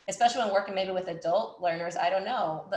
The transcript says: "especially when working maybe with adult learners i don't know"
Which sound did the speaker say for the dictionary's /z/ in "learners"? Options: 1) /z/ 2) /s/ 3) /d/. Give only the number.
1